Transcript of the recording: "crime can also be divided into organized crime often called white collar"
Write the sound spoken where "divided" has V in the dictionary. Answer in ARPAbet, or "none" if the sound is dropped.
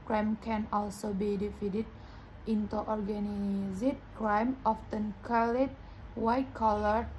F